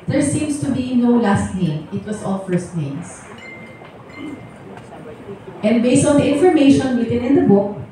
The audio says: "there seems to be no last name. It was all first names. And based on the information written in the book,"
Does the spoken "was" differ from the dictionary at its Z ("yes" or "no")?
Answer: yes